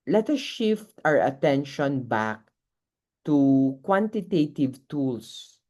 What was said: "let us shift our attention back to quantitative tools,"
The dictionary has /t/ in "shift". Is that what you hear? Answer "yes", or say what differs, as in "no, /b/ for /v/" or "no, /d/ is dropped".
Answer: yes